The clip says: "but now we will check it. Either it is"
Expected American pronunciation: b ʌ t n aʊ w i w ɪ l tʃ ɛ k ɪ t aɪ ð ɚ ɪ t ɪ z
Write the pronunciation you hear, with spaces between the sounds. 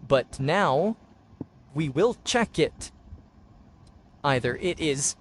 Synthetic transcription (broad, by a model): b ʌ t n aʊ w i w ɪ l tʃ ɛ k ɪ t aɪ ð ɚ ɪ t ɪ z